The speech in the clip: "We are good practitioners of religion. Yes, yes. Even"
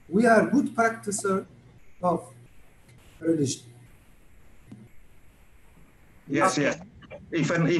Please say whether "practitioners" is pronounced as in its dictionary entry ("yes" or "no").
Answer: no